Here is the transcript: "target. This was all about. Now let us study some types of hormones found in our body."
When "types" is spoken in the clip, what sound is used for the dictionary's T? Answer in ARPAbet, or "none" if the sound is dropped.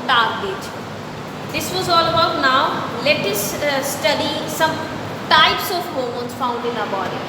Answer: T